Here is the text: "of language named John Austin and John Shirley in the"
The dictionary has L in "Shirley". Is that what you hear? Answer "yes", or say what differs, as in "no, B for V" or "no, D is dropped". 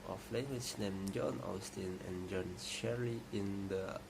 no, L is dropped